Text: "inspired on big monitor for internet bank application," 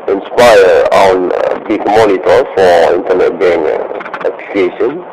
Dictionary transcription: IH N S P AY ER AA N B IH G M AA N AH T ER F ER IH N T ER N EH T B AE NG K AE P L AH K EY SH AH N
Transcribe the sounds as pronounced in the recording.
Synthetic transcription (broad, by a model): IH N S P AY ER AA N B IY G M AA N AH T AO F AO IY N T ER N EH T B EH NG EH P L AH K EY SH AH N